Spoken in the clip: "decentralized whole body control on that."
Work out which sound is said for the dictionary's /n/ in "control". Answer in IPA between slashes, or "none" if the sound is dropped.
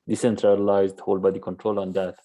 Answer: /n/